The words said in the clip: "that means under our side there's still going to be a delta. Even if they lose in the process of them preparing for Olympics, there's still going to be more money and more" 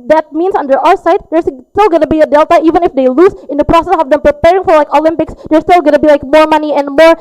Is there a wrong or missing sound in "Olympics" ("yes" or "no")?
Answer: no